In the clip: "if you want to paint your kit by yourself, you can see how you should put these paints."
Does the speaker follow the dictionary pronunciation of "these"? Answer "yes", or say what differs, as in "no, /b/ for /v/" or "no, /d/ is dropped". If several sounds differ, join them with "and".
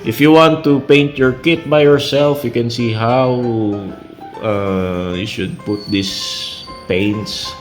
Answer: no, /s/ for /z/